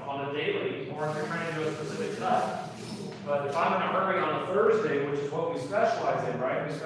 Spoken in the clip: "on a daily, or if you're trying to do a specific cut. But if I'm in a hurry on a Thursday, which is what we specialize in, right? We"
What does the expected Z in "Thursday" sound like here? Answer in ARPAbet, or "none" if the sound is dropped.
Z